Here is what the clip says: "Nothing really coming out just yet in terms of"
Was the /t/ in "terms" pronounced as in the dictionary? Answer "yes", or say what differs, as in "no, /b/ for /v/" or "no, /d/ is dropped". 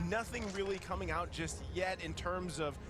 yes